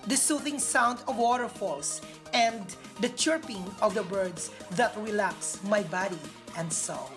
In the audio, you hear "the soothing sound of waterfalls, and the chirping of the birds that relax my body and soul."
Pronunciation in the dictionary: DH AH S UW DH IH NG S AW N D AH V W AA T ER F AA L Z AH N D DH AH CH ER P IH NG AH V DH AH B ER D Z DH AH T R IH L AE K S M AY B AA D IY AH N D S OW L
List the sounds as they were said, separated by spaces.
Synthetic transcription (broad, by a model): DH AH S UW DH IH NG S AW N D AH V W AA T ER F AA L S AH N D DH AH CH ER P IH NG AH V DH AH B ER D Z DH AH T R IH L AE K S M AY B AA D IY AH N D S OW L